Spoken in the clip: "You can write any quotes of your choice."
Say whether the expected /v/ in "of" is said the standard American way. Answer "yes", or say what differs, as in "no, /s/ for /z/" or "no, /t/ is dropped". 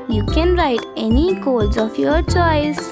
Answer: no, /f/ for /v/